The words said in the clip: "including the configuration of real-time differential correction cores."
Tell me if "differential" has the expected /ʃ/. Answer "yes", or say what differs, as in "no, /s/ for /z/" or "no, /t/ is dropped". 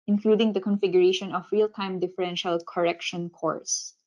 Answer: yes